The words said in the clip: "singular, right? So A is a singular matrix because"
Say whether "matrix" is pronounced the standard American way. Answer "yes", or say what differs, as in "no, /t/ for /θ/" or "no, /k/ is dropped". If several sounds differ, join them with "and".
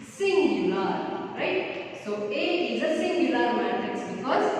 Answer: no, /ɹ/ is dropped